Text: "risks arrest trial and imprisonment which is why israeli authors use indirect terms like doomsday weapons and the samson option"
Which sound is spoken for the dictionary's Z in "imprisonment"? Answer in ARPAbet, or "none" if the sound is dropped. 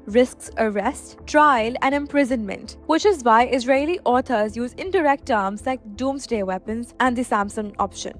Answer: Z